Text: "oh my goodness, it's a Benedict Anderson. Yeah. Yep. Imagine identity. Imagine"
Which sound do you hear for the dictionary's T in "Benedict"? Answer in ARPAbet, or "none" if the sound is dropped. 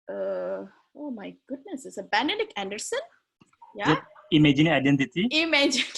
none